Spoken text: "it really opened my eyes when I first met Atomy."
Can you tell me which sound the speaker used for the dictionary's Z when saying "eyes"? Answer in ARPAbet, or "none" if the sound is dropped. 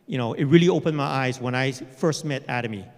Z